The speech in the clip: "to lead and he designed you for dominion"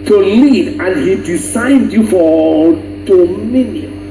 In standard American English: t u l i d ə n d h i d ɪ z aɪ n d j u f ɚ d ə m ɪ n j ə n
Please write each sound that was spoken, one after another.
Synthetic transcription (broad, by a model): t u l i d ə n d h i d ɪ s aɪ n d j u f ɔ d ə m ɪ n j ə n